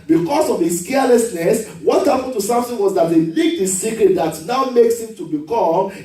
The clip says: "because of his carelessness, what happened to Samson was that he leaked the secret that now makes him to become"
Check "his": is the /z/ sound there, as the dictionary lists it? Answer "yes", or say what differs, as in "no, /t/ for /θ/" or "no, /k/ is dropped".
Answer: no, /s/ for /z/